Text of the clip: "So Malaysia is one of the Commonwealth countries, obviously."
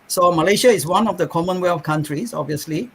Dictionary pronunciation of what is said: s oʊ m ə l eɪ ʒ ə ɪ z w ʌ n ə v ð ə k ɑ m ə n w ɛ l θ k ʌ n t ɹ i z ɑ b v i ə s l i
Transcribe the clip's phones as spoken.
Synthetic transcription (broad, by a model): s oʊ m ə l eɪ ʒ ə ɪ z w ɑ n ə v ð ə k ɑ m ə n w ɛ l f k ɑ n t ɹ i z ɑ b v i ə s l i